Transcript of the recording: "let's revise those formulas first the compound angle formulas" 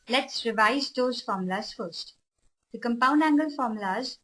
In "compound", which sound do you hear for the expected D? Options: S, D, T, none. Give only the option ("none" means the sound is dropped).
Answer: D